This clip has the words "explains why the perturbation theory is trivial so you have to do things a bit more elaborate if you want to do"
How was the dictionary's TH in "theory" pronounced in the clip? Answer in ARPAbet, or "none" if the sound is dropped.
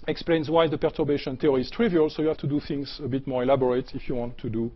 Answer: T